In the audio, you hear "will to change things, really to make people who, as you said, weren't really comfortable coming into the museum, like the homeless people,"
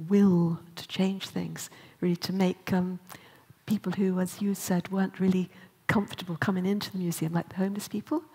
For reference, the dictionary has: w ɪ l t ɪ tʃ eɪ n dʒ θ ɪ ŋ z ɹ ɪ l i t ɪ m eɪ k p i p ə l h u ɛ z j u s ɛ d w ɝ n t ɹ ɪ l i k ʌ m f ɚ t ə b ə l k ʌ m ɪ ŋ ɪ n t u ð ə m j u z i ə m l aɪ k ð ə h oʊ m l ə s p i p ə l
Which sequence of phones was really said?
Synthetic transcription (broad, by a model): w ɪ l t ɪ tʃ eɪ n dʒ θ ɪ ŋ z ɹ ɪ l i t ɪ m eɪ k p i p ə l h u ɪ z j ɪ s ɛ d w ɝ n t ɹ ɪ l i k ʌ m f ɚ t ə b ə l k ʌ m ɪ ŋ ɪ n t u ð ə m j u z i ə m l aɪ k ð ə h oʊ m l ə s p i p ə l